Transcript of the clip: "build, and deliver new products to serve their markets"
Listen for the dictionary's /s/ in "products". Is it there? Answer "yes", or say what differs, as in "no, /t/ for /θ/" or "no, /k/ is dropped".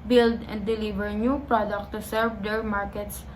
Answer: no, /s/ is dropped